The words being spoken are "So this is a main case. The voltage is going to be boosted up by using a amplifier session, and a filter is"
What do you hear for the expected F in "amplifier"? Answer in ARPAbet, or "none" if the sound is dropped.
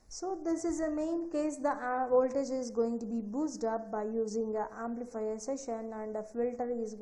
F